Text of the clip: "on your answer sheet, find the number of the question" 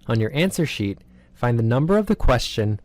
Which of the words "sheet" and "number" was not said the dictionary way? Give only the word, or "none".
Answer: none